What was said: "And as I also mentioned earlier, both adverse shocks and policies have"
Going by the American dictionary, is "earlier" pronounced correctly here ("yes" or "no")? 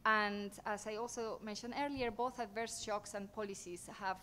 yes